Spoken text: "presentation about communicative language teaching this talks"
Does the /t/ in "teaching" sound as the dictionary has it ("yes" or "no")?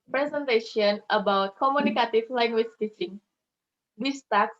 yes